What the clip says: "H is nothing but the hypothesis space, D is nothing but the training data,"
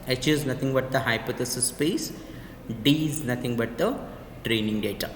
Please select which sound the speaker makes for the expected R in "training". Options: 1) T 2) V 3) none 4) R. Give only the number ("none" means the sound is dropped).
4